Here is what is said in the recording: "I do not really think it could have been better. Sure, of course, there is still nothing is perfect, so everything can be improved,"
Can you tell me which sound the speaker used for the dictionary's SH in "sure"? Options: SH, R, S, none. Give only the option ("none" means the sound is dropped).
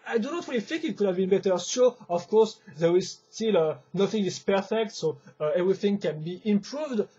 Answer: S